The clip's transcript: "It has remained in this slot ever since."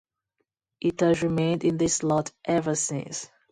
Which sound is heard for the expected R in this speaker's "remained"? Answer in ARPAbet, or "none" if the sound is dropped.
R